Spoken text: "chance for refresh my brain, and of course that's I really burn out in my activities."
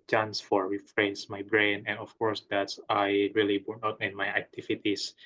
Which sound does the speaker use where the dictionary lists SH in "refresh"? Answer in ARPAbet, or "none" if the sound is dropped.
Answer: S